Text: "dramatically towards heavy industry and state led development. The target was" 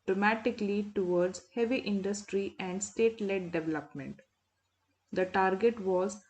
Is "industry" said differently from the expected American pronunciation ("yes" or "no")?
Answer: no